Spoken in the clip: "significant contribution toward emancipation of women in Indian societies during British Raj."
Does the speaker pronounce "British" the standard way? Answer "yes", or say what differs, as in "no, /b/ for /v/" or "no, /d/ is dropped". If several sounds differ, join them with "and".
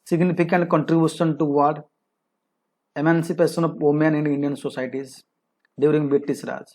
no, /s/ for /ʃ/